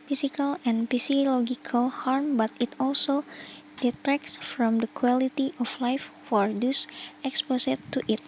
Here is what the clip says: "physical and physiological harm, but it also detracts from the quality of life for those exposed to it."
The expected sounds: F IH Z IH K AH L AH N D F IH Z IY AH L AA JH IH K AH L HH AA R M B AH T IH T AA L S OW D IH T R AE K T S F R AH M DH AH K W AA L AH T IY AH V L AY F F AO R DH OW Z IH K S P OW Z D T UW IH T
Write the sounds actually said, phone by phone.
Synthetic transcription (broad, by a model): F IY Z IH K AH L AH N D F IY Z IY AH L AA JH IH K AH L HH AA R M B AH T IH T AA L S OW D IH T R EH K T S F R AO M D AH K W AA L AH T IY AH F L AY F F AO R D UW S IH K S P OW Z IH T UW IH T